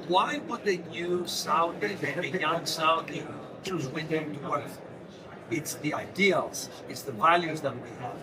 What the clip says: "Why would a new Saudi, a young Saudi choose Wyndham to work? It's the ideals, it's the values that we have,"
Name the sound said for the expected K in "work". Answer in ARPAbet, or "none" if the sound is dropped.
none